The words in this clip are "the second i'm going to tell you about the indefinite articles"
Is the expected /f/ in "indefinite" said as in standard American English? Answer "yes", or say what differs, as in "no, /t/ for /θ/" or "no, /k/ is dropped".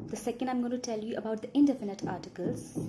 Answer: yes